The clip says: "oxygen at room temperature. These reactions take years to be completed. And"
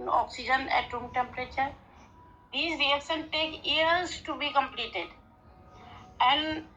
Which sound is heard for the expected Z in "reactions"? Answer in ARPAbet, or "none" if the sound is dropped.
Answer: none